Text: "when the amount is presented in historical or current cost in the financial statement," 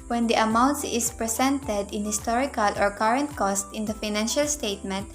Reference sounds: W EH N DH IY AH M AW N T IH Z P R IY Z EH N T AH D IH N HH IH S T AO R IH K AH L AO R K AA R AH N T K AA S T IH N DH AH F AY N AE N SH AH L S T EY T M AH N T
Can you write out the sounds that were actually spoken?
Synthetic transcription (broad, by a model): W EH N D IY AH M AW N T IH S P R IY S EH N T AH D IH N HH IH S T AO R IH K AH L AO R K AA R AH N T K AA S T IH N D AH F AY N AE N SH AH L S T EY T M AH N T